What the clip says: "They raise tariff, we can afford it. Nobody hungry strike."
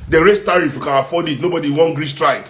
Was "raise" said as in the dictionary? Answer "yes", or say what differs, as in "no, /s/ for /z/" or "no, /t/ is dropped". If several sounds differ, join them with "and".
no, /s/ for /z/